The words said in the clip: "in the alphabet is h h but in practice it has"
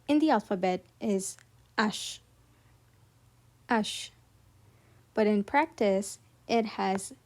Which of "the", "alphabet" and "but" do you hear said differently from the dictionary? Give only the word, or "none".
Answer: none